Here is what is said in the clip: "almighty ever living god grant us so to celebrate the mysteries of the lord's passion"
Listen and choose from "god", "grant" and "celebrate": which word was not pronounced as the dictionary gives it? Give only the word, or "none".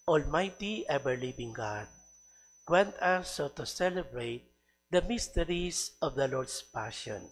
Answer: grant